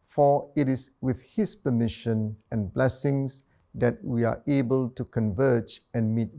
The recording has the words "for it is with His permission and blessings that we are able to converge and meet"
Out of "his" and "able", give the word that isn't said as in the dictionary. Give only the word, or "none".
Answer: his